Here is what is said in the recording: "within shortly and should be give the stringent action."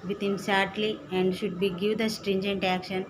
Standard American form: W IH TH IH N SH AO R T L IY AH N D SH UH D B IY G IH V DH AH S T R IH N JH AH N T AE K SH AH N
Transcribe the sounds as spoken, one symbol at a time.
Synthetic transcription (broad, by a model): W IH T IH N S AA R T L IY AH N D SH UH D B IY G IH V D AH S T R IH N JH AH N T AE K SH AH N